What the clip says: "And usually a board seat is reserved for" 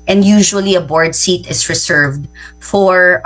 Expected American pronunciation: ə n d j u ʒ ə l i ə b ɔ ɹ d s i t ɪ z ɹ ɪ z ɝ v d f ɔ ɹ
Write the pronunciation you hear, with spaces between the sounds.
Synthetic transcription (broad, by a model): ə n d j u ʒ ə l i ə b ɔ ɹ d s i t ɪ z ɹ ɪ s ɝ v d f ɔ ɹ